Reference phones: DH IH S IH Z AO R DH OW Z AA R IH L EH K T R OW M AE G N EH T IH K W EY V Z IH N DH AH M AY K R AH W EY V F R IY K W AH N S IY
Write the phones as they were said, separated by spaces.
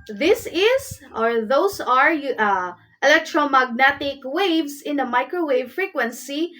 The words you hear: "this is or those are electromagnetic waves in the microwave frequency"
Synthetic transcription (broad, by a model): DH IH S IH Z AO R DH OW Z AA R IH L EH K T R OW M AE G N EH T IH K W EY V S IH N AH M AY K R AH W EY V F R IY K W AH N S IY